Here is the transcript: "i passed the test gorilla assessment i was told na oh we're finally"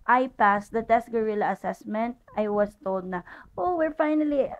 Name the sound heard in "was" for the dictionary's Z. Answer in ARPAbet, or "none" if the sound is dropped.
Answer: S